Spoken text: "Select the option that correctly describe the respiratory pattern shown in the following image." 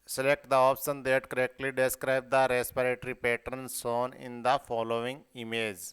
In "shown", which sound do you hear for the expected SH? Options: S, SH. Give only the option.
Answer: S